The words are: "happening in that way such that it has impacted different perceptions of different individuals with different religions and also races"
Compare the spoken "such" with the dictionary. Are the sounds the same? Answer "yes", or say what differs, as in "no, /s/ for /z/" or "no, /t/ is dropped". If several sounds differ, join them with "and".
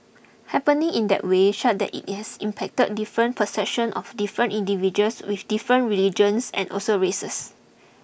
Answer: no, /ʃ/ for /s/